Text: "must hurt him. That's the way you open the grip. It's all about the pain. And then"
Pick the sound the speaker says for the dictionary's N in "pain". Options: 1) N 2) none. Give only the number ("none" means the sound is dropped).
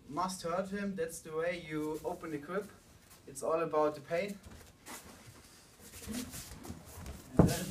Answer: 2